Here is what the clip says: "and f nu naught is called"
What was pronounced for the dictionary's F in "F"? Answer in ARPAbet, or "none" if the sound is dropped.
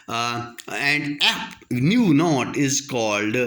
P